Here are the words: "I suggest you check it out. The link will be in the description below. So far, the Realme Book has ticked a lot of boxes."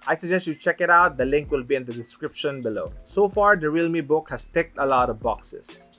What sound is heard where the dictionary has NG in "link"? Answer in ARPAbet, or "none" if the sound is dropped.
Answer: NG